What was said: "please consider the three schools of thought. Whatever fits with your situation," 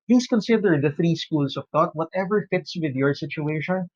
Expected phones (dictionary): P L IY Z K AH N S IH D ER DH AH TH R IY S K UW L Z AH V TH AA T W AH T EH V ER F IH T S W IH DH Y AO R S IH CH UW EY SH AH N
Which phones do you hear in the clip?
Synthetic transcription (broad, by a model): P L IY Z K AH N S IH D ER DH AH TH R IY S K UW L S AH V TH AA T W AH T EH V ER F IH T S W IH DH Y AO R S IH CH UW EY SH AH N